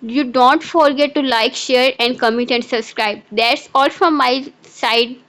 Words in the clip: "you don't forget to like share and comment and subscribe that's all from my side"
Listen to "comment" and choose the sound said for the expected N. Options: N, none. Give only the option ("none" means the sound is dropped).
none